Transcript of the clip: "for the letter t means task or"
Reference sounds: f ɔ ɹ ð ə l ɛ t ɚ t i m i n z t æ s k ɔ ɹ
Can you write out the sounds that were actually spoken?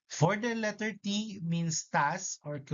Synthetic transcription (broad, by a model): f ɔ ɹ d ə l ɛ t ɚ t i m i n s t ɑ s ɔ ɹ